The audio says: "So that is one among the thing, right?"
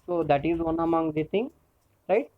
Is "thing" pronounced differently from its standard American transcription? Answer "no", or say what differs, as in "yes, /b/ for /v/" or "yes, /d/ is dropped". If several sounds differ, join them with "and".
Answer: yes, /t/ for /θ/